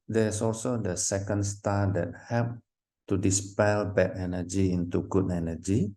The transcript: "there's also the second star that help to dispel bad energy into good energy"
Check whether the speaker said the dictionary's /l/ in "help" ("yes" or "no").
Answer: no